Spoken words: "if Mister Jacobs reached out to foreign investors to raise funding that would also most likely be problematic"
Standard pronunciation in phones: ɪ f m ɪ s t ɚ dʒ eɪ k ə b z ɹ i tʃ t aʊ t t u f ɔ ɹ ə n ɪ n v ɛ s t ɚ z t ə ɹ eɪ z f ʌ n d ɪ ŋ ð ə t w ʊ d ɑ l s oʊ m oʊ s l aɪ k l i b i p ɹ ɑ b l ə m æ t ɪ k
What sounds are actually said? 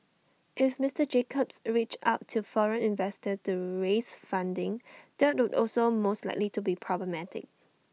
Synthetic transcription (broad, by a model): ɪ f m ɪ s t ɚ dʒ eɪ k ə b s ɹ i tʃ aʊ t t u f ɔ ɹ ə n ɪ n v ɛ s t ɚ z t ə ɹ eɪ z f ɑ n d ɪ ŋ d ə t w ʊ d ɑ l s oʊ m oʊ s l aɪ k l i b i p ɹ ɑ b l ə m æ t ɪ k